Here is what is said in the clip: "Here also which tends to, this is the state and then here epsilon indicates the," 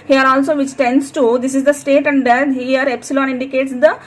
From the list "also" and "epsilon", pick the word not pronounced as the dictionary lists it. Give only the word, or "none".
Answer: none